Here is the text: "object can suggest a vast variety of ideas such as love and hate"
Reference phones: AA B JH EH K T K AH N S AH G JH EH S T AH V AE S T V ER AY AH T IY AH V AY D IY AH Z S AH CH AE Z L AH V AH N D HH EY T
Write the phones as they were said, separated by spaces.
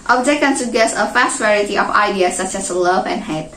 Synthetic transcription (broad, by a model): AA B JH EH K K AH N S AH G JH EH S AH F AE S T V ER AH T IY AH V AY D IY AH S AH CH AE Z L AH V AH N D HH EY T